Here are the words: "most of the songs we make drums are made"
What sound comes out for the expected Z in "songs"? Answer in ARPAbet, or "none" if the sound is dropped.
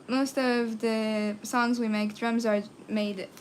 Z